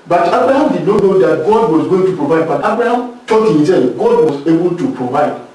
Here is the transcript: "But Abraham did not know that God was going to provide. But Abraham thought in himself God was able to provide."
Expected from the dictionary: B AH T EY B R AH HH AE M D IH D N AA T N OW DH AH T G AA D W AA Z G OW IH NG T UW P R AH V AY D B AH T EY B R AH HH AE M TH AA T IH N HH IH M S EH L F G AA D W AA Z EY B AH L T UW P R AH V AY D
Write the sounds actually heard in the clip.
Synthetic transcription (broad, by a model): B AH T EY B R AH HH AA M D IH D N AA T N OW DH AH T G AA D W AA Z G OW IH NG T UW P R AH V AY D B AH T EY B R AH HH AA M T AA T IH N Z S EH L G AA D W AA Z EY B AH L T UW P R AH V AY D